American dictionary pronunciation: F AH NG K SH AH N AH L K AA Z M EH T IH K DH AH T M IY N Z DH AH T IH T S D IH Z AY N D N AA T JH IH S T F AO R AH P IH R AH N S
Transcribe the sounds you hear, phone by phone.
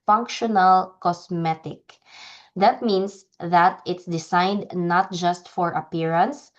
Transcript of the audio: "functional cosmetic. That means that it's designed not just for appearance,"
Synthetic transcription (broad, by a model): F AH NG K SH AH N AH L K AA S M EH T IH K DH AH T M IY N S DH AH T IH T S D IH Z AY N D N AA T JH IH S T F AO R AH P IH R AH N S